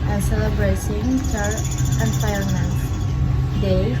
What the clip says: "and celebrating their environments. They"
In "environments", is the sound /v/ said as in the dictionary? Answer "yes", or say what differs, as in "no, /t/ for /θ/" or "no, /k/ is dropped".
no, /p/ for /v/